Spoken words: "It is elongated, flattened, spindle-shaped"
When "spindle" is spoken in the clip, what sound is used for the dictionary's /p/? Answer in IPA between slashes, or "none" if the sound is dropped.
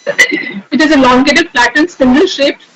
none